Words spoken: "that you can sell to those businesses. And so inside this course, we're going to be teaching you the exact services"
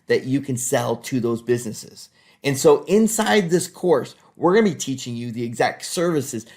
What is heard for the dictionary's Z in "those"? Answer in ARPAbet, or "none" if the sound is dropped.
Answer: Z